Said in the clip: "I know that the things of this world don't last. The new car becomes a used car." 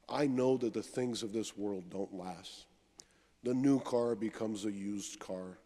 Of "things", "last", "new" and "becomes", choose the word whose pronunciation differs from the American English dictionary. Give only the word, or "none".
none